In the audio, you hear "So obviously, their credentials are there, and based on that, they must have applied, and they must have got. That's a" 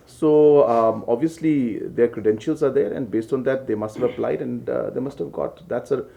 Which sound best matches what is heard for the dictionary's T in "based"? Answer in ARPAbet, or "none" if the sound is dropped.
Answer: T